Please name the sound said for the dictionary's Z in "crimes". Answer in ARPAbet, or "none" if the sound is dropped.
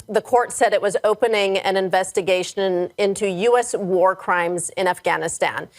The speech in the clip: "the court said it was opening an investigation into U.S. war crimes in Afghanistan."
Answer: Z